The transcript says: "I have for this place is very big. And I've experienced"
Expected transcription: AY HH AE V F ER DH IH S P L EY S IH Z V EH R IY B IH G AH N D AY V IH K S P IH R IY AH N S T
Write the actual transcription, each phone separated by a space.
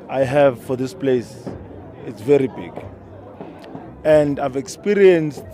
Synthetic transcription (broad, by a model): AY HH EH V F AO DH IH S P L EY S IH S V EH R IY B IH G AH N D AY V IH K S P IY R IY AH N S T